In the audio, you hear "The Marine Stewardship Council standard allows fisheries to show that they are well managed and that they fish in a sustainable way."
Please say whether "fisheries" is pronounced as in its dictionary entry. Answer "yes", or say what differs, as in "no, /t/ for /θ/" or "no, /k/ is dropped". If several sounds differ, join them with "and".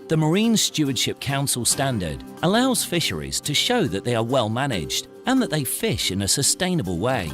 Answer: yes